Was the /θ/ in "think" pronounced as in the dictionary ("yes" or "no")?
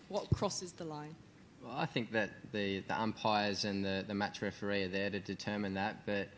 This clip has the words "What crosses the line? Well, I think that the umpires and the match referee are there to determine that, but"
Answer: yes